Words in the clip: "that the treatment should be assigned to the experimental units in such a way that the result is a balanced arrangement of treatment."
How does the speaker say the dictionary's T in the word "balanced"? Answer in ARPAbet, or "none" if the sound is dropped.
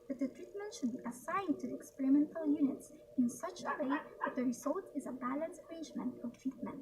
none